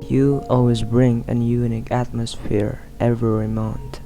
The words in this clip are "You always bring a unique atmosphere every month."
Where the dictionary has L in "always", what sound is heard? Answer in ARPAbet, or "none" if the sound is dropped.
L